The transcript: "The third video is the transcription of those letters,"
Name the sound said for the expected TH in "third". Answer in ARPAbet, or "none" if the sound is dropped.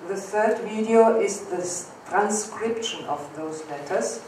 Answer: TH